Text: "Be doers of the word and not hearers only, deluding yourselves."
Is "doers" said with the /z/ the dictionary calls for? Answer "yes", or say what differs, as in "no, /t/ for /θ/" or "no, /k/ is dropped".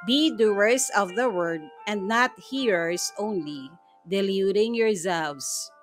no, /s/ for /z/